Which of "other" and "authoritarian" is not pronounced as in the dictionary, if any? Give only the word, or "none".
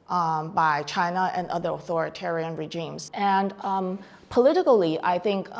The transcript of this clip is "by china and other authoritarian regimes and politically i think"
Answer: none